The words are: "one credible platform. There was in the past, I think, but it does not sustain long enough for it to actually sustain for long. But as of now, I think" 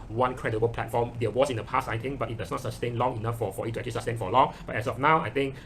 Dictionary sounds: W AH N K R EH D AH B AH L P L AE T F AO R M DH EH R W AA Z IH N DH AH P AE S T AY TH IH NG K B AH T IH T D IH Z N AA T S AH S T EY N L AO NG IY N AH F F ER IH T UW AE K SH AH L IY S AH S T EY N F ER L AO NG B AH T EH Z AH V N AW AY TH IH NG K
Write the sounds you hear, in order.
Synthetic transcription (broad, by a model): W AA N K R EH D AH B AH L P L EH T F AO M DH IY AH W AA S IH N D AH P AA S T AY T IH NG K B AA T IH T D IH S N AA T S AH S T EY N L AO NG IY N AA F F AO IH T UW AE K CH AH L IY S AH S T EY N F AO L AO NG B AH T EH S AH F N AW AY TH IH NG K